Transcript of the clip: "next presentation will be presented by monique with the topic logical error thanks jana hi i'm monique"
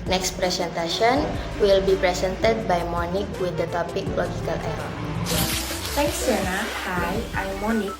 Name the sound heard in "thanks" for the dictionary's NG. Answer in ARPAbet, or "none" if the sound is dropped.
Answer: none